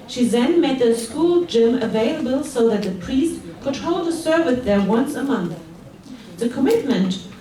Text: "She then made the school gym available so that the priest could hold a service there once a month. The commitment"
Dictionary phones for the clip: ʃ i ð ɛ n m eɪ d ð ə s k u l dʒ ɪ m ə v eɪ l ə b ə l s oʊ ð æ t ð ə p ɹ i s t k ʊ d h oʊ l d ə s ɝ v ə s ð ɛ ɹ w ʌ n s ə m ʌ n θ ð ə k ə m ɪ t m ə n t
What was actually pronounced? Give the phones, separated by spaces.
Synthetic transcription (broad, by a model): ʃ i ð ɛ n m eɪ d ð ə s k u l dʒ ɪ m ə v eɪ l ə b ə l s oʊ ð æ t ð ə p ɹ i s t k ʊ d h oʊ l d ə s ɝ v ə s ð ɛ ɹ w ʌ n s ə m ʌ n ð ð ə k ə m ɪ t m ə n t